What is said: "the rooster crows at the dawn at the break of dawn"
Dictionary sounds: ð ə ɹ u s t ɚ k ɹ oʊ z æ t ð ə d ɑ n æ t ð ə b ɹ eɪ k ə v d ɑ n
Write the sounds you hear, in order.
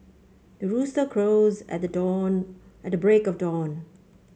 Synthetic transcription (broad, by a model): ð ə ɹ u s t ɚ k ɹ oʊ z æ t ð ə d ɑ n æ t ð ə b ɹ eɪ k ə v d ɑ n